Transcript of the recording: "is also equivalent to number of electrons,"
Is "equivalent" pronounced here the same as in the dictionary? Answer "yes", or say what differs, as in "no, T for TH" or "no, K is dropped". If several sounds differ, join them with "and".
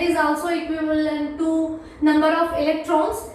no, B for V